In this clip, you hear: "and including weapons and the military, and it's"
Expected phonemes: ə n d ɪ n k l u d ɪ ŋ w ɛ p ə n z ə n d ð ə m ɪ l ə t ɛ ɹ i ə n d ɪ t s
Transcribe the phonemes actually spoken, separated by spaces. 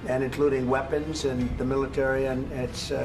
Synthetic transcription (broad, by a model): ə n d ɪ n k l u d ɪ ŋ w ɛ p ə n z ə n ð ə m ɪ l ə t ɛ ɹ i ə n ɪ t s